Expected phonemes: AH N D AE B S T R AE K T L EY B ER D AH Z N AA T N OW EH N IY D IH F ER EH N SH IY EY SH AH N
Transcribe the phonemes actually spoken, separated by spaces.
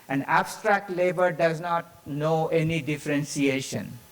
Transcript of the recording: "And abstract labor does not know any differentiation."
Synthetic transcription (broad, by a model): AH N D AE B S T R AE K T L EY B ER D AH Z N AA T N OW EH N IY D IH F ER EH N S IY EY SH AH N